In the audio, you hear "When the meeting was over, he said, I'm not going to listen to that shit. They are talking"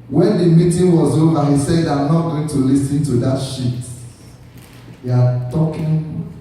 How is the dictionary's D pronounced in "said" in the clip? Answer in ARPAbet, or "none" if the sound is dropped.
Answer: D